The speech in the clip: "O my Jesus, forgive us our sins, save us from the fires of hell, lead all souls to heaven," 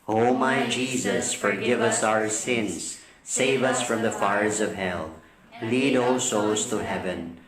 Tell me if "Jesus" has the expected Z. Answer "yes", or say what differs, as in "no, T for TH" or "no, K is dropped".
yes